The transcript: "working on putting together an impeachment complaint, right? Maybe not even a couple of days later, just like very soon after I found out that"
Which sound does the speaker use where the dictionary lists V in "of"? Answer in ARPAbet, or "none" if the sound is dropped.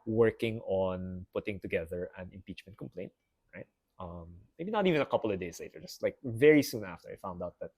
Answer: V